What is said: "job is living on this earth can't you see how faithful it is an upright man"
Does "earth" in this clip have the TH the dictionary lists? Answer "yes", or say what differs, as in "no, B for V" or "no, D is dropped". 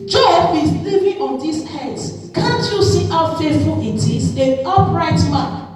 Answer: no, S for TH